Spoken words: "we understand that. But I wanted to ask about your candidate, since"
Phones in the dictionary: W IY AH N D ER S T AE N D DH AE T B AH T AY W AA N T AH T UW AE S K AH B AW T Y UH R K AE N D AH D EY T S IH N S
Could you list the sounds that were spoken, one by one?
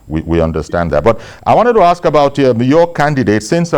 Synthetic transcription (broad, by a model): W IY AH N D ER S T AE N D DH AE T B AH T AY W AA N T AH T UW AE S K AH B AW T Y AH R K AE N D AH D EY T S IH N S